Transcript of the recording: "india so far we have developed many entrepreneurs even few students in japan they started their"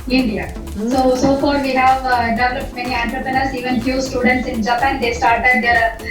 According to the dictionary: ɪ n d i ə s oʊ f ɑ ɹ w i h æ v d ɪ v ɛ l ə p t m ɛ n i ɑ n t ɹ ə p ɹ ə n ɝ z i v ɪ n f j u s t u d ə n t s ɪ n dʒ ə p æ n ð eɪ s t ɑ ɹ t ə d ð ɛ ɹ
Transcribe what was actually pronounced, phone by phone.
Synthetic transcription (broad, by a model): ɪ n d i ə s oʊ f ɑ ɹ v i h æ v d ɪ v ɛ l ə p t m ɛ n i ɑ n t ɹ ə p ɹ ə n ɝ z i v ɪ n f j u s t u d ə n t s ɪ n dʒ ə p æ n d eɪ s t ɑ ɹ t ə d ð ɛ ɹ